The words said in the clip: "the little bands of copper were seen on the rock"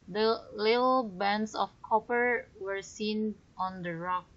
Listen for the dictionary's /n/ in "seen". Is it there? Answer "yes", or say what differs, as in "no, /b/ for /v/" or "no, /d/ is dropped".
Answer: yes